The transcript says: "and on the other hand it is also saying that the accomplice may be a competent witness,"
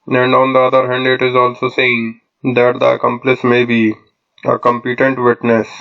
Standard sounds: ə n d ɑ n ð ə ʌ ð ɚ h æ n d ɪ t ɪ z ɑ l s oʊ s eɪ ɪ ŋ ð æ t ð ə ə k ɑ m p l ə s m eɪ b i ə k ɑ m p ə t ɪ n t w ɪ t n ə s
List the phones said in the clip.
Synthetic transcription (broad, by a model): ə n d ɑ n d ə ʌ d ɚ h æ n d ɪ t ɪ z ɑ l s oʊ s eɪ ɪ ŋ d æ t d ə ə k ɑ m p l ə s m eɪ b i ə k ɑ m p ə t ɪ n t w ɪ t n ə s